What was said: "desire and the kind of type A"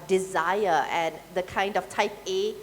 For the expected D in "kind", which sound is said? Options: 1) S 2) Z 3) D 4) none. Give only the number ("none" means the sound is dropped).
3